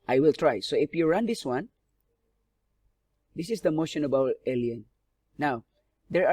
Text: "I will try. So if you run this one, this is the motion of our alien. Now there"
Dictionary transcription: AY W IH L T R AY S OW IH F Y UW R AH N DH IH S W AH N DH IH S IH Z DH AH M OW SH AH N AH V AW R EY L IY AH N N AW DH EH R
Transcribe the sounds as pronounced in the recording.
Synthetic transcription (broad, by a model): AY W IH L T R AY S OW IH F Y UW R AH N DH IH S W AH N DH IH S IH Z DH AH M OW SH AH N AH B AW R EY L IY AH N N AW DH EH R